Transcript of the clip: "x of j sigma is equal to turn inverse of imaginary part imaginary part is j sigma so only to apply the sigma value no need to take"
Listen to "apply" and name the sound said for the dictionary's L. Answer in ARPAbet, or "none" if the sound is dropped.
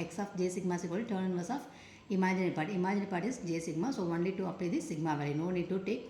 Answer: none